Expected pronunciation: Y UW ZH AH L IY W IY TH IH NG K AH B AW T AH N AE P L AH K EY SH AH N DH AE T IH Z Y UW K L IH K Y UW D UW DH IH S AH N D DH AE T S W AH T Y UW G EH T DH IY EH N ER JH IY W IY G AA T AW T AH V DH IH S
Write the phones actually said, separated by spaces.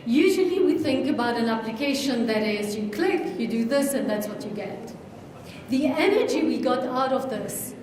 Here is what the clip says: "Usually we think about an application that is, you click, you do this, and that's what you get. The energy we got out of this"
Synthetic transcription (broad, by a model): Y UW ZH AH L IY W IY TH IH NG K AH B AW T AH N AE P L AH K EY SH AH N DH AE T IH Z Y UW K L IH K Y UW D UW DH IH S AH N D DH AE T S W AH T Y UW G EH T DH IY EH N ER JH IY W IY G AA T AW T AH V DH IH S